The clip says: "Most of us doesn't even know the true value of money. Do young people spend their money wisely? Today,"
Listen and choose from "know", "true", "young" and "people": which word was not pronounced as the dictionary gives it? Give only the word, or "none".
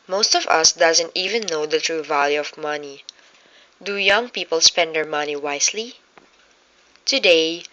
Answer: none